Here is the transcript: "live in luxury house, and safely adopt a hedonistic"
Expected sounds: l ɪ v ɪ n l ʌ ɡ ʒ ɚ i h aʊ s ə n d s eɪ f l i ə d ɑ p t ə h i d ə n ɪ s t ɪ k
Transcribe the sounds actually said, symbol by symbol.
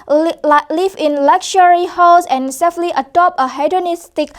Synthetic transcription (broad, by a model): l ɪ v ɪ n l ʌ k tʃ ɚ i h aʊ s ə n s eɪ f l i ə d ɑ p ə h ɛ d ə n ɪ s t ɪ k